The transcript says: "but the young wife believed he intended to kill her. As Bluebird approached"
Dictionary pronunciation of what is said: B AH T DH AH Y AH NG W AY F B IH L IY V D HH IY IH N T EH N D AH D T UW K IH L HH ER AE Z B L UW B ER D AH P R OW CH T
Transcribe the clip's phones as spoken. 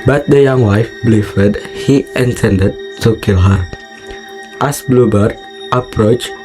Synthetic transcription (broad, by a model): B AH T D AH Y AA NG W AY F B L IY F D HH IY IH N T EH N D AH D T UW K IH L HH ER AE S B L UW B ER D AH P R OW CH